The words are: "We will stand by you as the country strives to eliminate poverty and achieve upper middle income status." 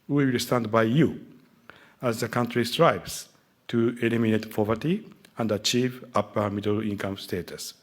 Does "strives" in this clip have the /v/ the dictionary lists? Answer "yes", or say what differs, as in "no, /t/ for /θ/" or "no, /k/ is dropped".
no, /b/ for /v/